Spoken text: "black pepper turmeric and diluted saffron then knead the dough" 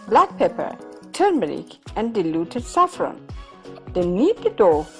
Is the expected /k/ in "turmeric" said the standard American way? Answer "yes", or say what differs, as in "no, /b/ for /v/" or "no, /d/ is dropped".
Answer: yes